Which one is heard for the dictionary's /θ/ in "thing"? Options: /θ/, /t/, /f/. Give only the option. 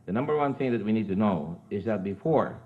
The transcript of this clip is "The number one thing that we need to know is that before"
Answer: /θ/